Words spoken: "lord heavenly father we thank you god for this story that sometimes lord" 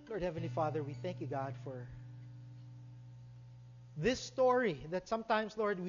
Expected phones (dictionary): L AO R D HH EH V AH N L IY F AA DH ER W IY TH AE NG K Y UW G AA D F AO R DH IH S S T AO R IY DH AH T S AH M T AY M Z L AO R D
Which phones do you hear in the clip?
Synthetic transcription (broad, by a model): L AO R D HH EH V AH N L IY F AA DH ER W IY TH AE NG K Y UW G AA D F AO R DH IH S S T AO R IY DH AH T S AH M T AY M S L AO R D